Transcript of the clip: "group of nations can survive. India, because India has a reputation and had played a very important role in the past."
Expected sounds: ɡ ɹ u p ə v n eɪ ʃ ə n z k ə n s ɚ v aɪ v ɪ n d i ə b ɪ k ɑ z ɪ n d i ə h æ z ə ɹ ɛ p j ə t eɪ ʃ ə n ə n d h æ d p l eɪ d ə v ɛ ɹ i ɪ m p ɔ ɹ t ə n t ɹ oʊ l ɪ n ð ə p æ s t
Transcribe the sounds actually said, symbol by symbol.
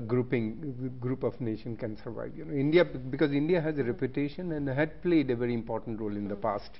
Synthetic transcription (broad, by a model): ɡ ɹ u p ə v n eɪ ʃ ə n k ə n s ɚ v aɪ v ɪ n d i ə b ɪ k ɑ z ɪ n d i ə h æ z ə ɹ ɛ p j ə t eɪ ʃ ə n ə n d h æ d p l eɪ d ə v ɛ ɹ i ɪ m p ɔ ɹ t ə n t ɹ oʊ l ɪ n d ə p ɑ s t